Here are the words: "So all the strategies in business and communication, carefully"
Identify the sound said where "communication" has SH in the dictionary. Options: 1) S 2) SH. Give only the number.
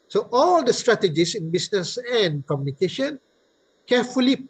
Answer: 2